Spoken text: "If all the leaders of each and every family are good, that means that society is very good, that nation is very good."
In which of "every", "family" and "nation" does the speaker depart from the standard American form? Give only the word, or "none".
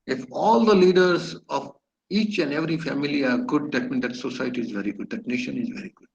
none